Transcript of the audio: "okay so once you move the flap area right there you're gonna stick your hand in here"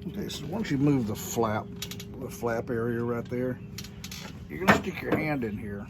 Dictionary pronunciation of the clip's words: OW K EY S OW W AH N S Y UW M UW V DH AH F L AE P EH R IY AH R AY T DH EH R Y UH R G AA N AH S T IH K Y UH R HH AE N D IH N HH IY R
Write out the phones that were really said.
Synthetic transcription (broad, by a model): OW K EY S OW W AH N S Y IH M UW V DH AH F L AE P EH R IY AH R AY T DH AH R Y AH R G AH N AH S T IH K Y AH R HH AE N D IH N HH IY R